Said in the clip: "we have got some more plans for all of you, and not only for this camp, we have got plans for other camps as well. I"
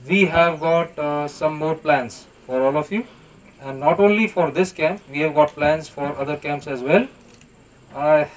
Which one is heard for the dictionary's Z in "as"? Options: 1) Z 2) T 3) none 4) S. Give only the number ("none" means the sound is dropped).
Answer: 1